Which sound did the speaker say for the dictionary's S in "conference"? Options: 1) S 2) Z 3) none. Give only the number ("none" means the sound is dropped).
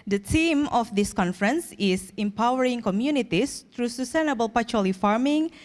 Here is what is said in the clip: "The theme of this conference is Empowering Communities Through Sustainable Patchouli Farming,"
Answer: 1